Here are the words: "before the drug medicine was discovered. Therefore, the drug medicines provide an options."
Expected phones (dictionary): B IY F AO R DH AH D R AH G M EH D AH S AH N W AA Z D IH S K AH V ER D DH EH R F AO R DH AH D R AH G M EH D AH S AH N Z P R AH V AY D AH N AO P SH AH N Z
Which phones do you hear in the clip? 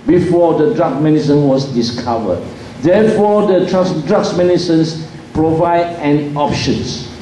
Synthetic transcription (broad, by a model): B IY F AO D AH D R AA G M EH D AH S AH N W AA S D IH S K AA V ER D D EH F AO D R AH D R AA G M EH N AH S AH N S P R AH V AY D AH N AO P SH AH N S